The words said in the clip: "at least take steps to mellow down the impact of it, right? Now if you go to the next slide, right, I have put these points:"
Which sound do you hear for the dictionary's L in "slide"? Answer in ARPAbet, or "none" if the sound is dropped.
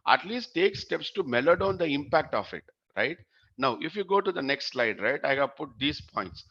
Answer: L